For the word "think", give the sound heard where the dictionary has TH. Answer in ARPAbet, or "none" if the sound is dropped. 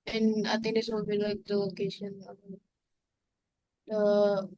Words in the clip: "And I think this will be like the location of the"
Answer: T